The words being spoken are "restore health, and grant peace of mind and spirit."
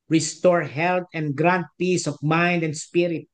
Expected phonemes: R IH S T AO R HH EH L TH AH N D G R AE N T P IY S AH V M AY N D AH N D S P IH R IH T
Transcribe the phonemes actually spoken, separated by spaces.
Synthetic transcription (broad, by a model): R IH S T AO R HH EH L T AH N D G R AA N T P IY S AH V M AY N D AH N D S P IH R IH T